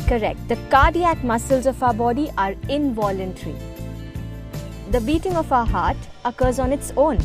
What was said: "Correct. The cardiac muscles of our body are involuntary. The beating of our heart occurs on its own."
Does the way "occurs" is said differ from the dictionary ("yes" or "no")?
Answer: no